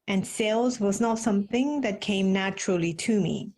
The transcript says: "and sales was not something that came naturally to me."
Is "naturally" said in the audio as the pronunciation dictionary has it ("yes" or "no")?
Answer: yes